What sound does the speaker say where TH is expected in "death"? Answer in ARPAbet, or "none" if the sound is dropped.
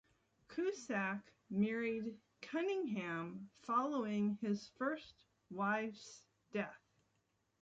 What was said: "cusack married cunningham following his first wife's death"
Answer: TH